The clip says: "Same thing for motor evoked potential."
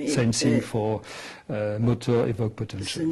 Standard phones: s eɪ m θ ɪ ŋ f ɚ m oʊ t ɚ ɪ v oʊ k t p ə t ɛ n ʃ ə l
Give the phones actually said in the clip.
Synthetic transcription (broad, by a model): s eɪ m s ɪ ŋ f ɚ m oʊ t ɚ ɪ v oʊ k p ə t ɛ n ʃ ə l